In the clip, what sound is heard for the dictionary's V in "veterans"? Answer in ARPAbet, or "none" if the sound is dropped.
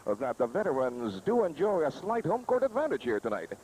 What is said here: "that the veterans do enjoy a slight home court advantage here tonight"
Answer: V